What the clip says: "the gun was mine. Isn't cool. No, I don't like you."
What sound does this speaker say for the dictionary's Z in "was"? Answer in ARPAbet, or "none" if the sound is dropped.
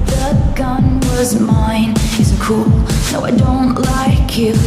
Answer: Z